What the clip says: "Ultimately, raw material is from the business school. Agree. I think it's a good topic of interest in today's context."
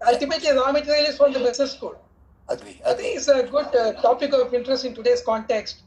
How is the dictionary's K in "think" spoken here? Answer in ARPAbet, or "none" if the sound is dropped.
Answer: none